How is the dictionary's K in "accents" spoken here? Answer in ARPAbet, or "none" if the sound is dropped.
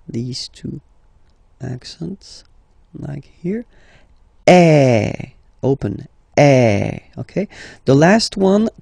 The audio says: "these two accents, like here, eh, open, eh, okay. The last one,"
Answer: K